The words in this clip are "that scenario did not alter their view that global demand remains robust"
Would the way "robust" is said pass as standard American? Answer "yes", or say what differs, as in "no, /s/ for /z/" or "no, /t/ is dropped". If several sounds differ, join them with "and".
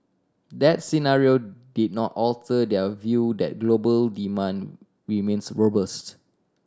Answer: yes